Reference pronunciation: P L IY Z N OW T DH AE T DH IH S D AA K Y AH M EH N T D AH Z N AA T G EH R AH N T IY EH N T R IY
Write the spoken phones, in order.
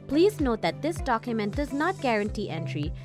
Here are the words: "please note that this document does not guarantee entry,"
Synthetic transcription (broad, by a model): P L IY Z N OW T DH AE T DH IH S D AA K Y AH M EH N T D AH Z N AA T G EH R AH N T IY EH N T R IY